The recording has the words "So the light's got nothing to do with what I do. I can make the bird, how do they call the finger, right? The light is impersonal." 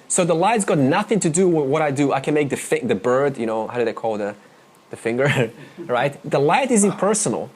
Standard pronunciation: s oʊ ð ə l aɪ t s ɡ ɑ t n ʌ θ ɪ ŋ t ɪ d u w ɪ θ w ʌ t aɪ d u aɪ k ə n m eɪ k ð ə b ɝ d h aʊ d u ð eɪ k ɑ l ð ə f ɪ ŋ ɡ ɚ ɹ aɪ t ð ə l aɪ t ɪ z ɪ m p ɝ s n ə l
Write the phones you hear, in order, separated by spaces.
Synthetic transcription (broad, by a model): s oʊ ð ə l aɪ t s ɡ ɑ t n ʌ θ ɪ ŋ t ɪ d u w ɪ w ʌ t aɪ d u aɪ k ə n m eɪ k ð ə b ɝ d h aʊ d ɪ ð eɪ k ɑ l ð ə f ɪ ŋ ɡ ɚ ɹ aɪ t ð ə l aɪ t ɪ z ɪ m p ɝ s n l